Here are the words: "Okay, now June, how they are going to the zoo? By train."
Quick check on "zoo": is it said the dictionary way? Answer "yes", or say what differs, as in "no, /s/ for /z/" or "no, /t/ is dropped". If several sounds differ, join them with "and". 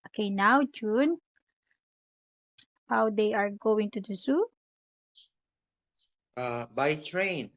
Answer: no, /s/ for /z/